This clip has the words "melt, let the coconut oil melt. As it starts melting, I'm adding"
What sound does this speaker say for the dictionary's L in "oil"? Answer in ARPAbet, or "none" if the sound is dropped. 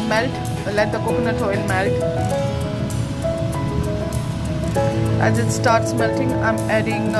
N